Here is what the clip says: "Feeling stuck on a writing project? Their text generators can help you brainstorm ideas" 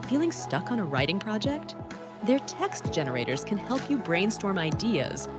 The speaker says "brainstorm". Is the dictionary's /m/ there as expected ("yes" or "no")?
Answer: yes